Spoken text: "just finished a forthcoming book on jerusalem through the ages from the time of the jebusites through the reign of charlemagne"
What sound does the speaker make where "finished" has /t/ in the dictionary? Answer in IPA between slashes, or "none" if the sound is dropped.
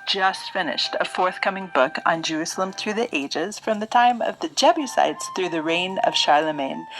/t/